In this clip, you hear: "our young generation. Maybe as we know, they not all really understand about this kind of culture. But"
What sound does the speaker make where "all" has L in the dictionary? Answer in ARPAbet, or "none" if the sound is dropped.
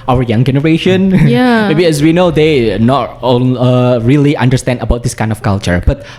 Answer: N